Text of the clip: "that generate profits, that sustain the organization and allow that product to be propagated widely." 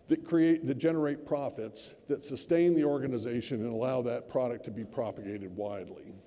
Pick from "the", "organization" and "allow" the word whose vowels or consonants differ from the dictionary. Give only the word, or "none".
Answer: none